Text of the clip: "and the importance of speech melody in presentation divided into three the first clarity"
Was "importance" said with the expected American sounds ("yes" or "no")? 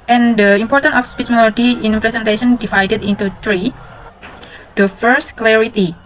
no